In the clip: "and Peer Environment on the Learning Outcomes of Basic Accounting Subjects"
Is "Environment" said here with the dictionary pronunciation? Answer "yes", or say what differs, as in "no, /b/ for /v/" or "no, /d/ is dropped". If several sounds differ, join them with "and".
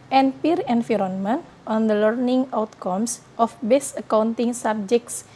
no, /f/ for /v/